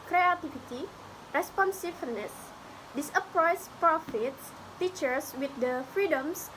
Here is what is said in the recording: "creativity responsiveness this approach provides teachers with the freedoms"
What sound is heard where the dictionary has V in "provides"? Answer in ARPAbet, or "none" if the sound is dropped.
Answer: F